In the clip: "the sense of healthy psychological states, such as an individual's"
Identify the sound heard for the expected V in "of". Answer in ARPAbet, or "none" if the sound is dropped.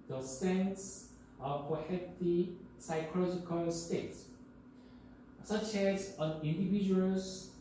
P